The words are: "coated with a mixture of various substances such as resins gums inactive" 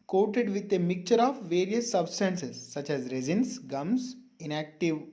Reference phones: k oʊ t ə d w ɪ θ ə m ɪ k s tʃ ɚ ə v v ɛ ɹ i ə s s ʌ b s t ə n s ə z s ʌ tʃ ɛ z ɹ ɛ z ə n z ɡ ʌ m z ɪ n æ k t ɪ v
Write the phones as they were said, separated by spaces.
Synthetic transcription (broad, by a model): k oʊ t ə d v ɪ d ə m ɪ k tʃ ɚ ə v v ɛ ɹ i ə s s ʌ b s t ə n s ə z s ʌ tʃ ɛ z ɹ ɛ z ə n s ɡ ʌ m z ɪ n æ k t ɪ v